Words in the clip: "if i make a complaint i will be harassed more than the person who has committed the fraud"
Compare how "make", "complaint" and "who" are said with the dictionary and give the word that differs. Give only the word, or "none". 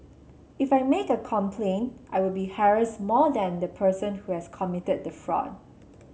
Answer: none